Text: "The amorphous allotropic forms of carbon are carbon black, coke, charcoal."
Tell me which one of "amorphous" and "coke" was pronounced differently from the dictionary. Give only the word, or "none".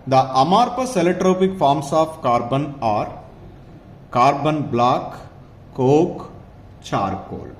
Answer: amorphous